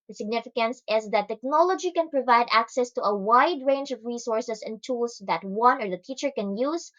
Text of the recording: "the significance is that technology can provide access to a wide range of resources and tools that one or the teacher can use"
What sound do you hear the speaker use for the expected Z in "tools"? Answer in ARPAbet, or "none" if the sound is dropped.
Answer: S